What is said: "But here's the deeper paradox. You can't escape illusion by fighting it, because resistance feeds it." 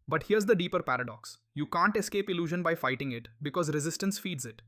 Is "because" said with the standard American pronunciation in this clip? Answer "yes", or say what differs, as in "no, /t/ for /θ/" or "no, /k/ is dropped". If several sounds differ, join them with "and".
yes